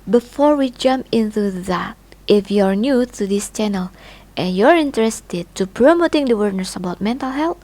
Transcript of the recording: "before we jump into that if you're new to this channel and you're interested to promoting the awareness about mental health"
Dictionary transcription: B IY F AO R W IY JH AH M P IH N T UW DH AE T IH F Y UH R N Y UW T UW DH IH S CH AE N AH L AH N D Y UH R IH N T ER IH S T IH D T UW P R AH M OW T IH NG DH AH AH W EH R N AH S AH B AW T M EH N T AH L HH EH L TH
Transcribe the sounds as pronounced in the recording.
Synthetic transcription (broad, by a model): B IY F AO R W IY JH AH M P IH N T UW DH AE T IH F Y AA R N Y UW T UW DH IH S CH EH N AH L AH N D Y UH R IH N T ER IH S T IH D T UW P R AH M OW T IH NG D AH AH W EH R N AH S AH B AW T M EH N T AH L HH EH L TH